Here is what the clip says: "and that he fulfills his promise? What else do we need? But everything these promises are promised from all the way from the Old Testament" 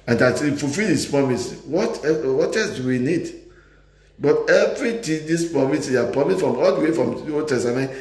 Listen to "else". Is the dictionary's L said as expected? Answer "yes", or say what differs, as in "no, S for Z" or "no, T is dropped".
no, W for L